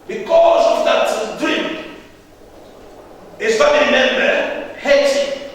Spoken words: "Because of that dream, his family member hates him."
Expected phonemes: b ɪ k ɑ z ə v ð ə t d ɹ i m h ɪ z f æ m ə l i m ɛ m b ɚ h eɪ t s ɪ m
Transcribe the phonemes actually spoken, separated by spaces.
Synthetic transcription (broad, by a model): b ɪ k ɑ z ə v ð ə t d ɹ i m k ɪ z f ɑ m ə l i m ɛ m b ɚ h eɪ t ɪ